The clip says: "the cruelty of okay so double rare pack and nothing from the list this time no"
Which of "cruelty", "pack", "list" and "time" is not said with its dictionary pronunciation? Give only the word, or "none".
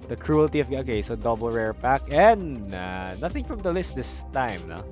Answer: none